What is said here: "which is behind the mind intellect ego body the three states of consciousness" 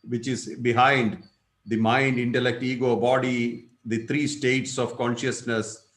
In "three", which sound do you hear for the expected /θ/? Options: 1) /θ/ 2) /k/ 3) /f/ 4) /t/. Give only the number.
4